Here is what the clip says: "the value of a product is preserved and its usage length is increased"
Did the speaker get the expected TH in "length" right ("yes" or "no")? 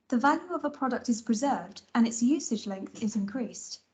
yes